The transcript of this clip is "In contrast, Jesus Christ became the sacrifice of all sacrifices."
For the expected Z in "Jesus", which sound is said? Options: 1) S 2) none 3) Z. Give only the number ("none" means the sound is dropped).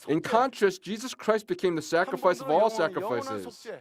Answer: 3